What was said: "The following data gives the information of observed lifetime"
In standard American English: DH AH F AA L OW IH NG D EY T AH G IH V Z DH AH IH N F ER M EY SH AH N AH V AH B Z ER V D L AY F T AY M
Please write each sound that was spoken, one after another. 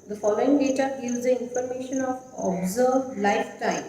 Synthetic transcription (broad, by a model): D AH F AA L OW IH NG D EY T AH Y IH Z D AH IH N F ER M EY SH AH N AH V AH B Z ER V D L AY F T AY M